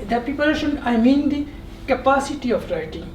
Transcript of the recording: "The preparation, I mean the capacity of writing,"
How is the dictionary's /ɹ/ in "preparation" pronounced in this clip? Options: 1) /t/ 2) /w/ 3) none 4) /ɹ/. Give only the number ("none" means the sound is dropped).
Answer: 3